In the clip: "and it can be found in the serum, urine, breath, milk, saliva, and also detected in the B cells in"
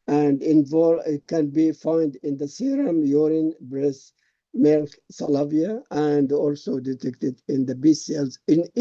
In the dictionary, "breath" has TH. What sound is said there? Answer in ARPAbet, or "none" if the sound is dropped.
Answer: S